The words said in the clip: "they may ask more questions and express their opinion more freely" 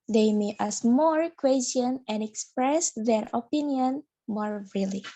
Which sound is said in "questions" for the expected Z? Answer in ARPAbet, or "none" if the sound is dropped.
none